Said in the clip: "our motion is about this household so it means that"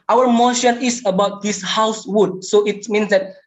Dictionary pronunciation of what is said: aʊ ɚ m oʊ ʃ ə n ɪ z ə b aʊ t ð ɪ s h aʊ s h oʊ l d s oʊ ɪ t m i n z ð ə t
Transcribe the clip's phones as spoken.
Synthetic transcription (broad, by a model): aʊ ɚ m oʊ ʃ ə n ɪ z ə b aʊ t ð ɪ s h aʊ s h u d s oʊ ɪ t m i n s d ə t